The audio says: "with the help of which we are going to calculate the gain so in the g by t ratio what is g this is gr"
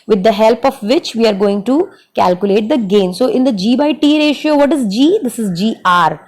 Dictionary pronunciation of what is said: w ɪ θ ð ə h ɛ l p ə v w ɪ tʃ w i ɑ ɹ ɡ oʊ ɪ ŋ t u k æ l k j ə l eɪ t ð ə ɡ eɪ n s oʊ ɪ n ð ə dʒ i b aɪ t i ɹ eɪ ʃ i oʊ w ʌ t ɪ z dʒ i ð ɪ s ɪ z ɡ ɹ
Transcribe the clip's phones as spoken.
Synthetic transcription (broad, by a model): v ɪ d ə h ɛ l p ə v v ɪ tʃ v i ɑ ɹ ɡ oʊ ɪ ŋ t u k æ l k j ə l eɪ t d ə ɡ eɪ n s oʊ ɪ n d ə dʒ i b aɪ t i ɹ eɪ ʃ i oʊ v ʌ t ɪ z dʒ i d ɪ s ɪ z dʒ ɹ